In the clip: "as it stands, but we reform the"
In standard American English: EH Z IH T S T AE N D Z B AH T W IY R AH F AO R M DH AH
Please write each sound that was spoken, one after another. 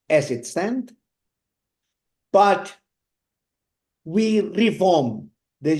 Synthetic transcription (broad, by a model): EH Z IH T S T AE N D B AH T W IY R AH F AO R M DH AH